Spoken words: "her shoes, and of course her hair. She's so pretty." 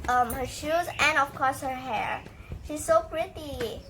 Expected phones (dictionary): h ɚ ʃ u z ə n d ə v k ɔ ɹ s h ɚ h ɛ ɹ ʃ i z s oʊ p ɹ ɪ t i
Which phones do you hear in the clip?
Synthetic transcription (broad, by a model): h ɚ ʃ u z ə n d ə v k ɔ ɹ s h ɚ h ɛ ɹ ʃ i z s oʊ p ɹ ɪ t i